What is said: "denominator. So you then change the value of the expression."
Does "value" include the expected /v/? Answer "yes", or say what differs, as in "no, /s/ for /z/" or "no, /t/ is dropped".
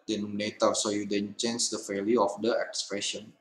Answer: no, /f/ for /v/